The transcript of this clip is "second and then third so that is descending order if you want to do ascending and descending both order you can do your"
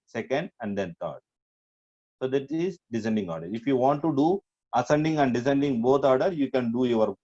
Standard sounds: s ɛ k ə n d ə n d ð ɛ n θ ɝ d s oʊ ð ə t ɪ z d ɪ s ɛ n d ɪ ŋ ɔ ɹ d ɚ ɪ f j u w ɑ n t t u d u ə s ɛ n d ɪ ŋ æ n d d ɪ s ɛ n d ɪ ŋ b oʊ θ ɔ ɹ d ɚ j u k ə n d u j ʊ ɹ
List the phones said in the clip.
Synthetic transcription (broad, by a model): s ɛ k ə n d ə n d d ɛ n t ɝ d s oʊ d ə t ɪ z d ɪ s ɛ n d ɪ ŋ ɔ ɹ d ɚ ɪ f j u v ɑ n t t u d u ə s ɛ n d ɪ ŋ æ n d d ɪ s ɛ n d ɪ ŋ b oʊ t ɔ ɹ d ɚ j u k ə n d u j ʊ ɹ